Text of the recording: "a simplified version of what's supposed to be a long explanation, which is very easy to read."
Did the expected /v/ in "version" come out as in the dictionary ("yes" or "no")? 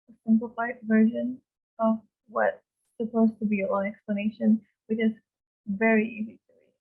yes